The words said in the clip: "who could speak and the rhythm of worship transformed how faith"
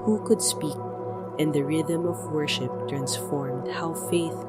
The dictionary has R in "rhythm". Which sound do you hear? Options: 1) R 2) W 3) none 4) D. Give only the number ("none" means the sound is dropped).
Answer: 1